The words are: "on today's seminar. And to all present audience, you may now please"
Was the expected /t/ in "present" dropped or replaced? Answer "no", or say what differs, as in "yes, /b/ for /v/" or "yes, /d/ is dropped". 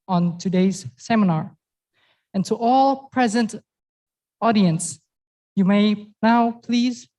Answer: no